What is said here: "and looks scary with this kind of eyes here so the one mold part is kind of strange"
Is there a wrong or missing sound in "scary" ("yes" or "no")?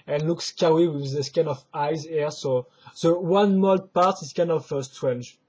yes